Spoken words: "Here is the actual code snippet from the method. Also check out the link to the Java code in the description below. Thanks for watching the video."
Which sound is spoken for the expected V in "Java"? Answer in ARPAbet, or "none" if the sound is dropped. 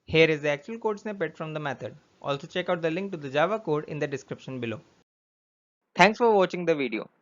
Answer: V